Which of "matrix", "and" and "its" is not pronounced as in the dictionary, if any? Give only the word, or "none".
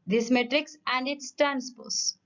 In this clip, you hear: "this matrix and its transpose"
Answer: none